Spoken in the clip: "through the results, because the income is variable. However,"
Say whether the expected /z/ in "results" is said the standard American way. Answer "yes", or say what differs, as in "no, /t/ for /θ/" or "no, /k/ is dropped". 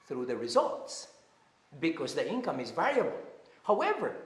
yes